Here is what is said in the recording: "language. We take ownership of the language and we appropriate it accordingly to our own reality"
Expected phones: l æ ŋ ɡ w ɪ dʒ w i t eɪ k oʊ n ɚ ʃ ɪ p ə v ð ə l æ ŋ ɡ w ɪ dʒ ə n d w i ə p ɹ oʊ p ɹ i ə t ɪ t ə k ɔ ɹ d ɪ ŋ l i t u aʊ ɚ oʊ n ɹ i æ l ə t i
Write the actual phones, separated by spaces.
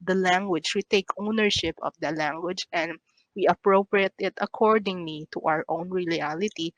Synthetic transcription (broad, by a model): l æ ŋ ɡ w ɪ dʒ w i t eɪ k oʊ n ɚ ʃ ɪ p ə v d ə l æ ŋ ɡ w ɪ dʒ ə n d w i ə p ɹ oʊ p ɹ i ə t ɪ t ə k ɔ ɹ d ɪ ŋ l i t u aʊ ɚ oʊ n ɹ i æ l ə t i